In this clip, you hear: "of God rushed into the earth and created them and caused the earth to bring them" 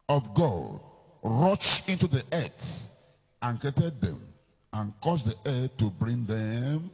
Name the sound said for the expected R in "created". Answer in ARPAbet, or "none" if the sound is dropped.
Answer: none